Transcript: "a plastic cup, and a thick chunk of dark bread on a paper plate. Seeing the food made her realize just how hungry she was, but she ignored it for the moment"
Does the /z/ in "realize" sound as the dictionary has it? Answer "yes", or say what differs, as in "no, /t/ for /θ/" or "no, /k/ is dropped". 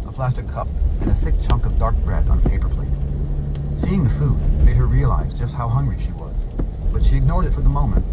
yes